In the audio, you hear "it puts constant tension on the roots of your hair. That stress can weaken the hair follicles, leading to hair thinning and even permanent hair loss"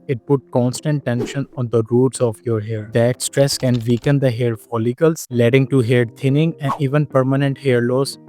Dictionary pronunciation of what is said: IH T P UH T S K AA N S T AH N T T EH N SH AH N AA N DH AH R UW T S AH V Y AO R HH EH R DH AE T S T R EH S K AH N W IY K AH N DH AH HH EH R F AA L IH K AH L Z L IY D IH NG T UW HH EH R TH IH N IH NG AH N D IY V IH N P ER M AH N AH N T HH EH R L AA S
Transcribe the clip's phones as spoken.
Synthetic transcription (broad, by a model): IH T P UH T K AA N S T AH N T T EH N SH AH N AA N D AH R UW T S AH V Y AO R HH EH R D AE T S T R EH S K AH N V IY K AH N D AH HH EH R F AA L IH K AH L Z L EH D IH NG T UW HH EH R T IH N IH NG AH N D IY V IH N P ER M AH N AH N T HH EH R L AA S